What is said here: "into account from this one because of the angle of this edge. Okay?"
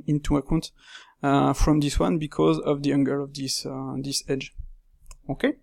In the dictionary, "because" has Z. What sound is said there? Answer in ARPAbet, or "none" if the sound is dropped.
Z